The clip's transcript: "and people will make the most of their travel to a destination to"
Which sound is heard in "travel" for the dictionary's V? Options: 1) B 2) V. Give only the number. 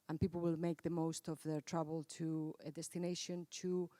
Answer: 1